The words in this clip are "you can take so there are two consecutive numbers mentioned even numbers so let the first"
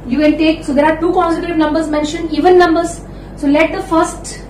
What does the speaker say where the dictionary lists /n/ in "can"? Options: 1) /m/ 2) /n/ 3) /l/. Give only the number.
3